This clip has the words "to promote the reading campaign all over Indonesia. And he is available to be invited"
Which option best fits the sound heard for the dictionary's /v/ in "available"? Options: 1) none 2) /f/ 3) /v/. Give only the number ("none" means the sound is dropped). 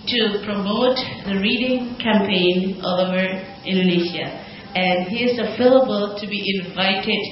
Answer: 2